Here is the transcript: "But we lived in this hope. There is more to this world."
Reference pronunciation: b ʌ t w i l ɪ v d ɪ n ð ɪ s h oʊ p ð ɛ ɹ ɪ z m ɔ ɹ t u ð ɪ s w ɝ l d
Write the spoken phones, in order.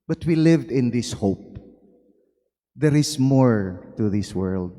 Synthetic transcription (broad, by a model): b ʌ t w i l ɪ v d ɪ n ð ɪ s h oʊ p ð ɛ ɹ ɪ s m ɔ ɹ t u ð ɪ s w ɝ l d